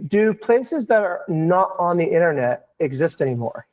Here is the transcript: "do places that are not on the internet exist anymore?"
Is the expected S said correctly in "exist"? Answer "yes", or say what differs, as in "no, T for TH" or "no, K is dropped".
yes